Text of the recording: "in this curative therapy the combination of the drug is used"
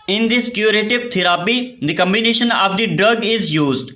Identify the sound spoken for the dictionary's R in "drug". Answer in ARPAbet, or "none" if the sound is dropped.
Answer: R